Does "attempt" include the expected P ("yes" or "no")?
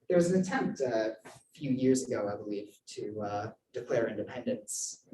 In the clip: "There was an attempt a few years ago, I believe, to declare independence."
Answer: yes